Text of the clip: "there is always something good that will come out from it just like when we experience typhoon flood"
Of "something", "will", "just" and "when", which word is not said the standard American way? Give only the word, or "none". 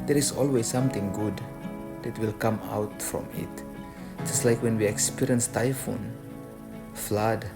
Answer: something